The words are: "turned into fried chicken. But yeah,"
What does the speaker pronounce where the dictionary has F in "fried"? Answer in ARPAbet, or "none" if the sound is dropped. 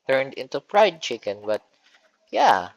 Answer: P